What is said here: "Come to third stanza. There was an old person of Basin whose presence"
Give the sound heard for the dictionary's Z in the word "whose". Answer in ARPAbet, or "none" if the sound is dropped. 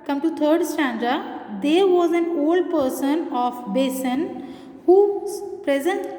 none